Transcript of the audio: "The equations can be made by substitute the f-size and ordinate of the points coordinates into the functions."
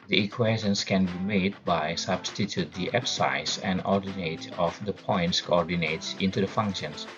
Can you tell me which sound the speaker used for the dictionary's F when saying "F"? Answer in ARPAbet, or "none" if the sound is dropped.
P